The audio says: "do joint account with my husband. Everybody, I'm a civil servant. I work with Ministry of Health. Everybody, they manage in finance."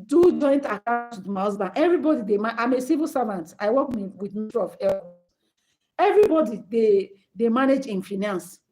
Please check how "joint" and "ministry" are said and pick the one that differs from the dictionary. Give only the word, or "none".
ministry